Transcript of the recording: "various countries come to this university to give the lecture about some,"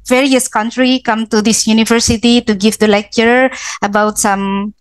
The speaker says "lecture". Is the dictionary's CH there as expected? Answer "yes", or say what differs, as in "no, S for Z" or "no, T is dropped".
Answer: yes